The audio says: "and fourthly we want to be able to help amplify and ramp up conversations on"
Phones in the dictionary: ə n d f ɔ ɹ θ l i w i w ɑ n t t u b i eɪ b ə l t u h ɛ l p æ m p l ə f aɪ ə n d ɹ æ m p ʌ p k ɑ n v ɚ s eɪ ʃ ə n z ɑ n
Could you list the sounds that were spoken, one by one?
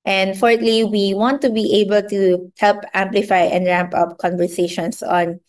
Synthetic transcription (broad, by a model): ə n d f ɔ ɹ t l i w i w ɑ n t t u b i eɪ b ə l t u h ɛ l p æ m p l ə f aɪ ə n d ɹ æ m p ʌ p k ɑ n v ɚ s eɪ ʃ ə n s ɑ n